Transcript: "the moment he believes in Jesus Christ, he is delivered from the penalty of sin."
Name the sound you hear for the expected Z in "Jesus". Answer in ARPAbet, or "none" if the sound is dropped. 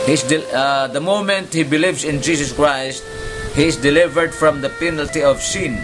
S